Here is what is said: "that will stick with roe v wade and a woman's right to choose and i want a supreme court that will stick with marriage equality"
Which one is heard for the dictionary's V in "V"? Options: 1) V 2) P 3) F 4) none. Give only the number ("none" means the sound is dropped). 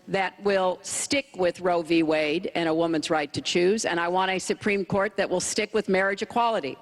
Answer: 1